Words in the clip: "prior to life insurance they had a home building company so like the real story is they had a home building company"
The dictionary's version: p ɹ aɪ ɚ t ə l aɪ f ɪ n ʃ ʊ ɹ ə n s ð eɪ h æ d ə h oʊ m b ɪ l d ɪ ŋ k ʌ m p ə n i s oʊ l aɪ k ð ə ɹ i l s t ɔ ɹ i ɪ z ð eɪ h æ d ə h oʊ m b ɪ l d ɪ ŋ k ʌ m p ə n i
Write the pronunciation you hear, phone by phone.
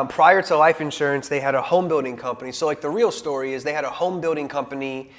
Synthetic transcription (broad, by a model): p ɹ aɪ ɚ t ə l aɪ f ɪ n ʃ ʊ ɹ ə n s ð eɪ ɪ d ə h oʊ m b ɪ l d ɪ ŋ k ʌ m p ə n i s oʊ l aɪ k ð ə ɹ i l s t ɔ ɹ i ɪ z ð eɪ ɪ d ə h oʊ m b ɪ l d ɪ ŋ k ʌ m p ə n i